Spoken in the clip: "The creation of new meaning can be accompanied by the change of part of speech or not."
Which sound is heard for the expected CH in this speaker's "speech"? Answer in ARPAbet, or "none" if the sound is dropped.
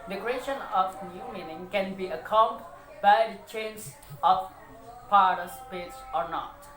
S